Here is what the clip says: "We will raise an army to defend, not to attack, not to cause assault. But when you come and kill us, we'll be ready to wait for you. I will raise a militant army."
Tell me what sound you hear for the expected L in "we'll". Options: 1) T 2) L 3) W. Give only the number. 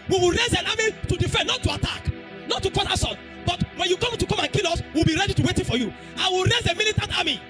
2